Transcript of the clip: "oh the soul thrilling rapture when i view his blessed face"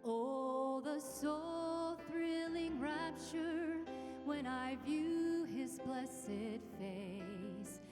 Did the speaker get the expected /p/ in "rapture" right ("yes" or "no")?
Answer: yes